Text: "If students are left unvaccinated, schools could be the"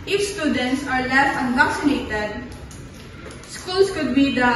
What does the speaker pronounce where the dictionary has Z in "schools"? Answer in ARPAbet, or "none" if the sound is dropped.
S